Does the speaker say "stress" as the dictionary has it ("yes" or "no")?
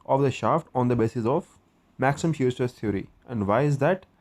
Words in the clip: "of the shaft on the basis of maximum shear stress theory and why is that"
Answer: no